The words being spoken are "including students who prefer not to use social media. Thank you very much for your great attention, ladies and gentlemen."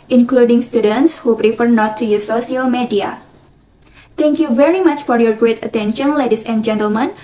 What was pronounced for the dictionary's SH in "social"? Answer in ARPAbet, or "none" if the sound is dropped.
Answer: none